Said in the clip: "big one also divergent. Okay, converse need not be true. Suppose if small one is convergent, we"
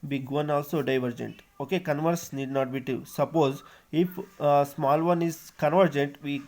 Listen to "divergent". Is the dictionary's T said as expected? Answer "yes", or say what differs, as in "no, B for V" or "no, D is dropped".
yes